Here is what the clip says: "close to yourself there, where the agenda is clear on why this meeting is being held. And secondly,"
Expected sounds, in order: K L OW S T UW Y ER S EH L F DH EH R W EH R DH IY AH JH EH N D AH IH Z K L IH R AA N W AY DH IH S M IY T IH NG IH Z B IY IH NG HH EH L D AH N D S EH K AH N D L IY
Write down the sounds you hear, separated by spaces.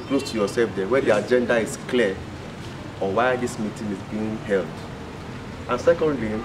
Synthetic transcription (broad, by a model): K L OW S T UW Y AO S EH L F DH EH W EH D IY AH JH EH N D AH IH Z K L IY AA W AY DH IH S M IY T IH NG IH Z B IY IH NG HH EH L D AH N S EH K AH N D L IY